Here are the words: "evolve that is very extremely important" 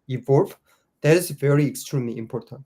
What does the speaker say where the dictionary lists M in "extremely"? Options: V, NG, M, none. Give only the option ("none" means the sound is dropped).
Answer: M